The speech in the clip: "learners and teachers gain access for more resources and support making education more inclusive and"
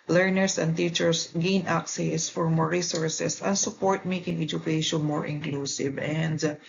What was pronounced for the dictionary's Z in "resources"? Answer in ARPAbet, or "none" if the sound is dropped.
S